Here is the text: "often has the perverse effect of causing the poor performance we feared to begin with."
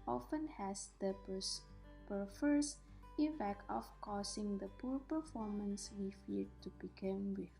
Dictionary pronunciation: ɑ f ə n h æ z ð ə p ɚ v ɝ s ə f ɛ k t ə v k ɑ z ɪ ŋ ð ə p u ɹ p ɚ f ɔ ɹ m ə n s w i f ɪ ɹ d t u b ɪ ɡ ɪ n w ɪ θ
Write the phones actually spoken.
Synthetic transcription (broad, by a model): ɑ f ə n h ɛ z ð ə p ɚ f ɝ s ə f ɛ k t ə f k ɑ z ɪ ŋ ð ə p u ɹ p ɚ f ɔ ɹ m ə n s w i f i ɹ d t u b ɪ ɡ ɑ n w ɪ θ